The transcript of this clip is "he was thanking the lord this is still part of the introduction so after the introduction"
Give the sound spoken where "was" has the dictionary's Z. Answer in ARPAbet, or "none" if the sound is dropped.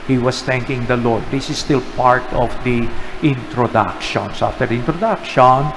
S